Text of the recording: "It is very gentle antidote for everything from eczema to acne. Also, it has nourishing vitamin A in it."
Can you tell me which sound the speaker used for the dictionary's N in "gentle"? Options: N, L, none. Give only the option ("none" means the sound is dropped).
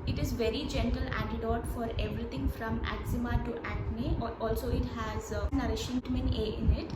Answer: N